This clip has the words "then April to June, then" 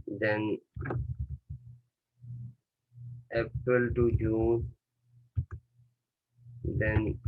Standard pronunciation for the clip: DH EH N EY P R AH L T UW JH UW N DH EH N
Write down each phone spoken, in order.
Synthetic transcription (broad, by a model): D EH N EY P AH L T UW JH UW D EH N